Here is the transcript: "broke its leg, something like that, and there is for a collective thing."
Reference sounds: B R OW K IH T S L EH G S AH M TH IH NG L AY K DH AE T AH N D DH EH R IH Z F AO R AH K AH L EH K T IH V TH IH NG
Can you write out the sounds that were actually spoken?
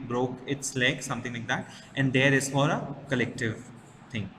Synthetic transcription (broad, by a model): B R OW K IH T S L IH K S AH M T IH NG L AY K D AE T AH N D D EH R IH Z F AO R AH K AH L EH K T IH V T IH NG